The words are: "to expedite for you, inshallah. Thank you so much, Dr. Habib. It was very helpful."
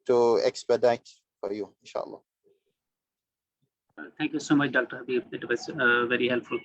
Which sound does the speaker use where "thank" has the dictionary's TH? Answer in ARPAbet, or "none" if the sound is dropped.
T